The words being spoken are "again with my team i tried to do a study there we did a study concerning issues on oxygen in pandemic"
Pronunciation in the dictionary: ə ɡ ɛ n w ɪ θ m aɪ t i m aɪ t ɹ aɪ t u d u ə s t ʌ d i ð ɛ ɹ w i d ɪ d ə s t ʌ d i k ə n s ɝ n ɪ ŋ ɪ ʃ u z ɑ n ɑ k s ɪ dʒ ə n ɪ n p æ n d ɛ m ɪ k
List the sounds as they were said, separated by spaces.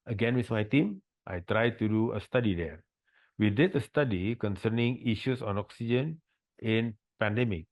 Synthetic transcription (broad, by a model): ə ɡ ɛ n w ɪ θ m aɪ t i m aɪ t ɹ aɪ t u d u ə s t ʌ d i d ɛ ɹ w i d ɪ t ə s t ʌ d i k ə n s ɝ n ɪ ŋ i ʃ u s ɑ n ɑ k s ɪ dʒ ə n ɪ n p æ n d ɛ m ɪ k